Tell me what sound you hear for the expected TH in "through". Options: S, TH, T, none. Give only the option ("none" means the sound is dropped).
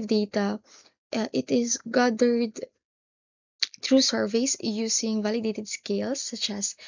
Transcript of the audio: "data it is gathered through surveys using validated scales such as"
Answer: T